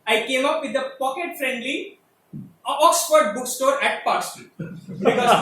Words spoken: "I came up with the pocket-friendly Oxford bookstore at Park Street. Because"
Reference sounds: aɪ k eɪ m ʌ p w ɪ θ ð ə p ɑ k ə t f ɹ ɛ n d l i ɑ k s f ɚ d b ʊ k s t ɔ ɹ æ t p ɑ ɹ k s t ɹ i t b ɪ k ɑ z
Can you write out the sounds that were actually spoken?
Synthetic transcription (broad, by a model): aɪ k eɪ m ʌ p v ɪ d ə p ɑ k ə t f ɹ ɛ n d l i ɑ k s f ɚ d b ʊ k s t ɔ ɹ æ t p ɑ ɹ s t i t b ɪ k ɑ